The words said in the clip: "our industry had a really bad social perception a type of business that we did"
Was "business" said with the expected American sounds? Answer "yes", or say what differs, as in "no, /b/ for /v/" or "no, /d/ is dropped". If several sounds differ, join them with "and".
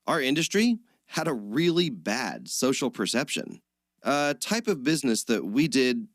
yes